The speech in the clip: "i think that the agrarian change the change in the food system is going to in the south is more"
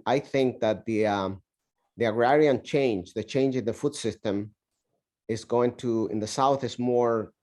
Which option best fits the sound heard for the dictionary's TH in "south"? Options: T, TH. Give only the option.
TH